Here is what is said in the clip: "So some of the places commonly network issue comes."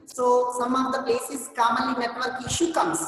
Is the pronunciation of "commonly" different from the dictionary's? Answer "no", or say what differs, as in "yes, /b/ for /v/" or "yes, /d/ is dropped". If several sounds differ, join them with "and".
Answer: yes, /n/ is dropped